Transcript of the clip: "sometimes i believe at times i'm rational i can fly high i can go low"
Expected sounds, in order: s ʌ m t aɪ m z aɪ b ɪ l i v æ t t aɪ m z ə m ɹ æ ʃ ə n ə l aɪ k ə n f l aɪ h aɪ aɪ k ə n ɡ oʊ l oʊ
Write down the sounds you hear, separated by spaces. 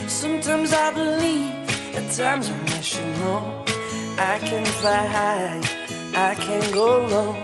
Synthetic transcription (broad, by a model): s ʌ m t aɪ m z aɪ b ɪ l i v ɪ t t aɪ m z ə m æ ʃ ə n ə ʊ aɪ k ə n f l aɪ h aɪ aɪ k ə n ɡ oʊ l oʊ